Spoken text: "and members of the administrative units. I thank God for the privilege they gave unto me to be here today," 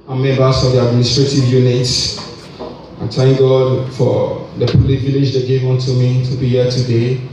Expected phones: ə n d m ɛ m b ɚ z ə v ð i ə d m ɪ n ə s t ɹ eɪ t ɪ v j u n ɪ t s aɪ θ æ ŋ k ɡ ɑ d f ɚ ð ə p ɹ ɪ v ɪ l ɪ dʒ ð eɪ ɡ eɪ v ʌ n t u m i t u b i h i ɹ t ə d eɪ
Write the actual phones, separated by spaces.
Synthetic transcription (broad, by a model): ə m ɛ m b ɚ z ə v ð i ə d m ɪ n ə s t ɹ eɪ t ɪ v j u n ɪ t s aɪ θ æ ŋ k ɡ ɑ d f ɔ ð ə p l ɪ v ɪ l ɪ dʒ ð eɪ ɡ eɪ v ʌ n t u m i t u b i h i t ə d eɪ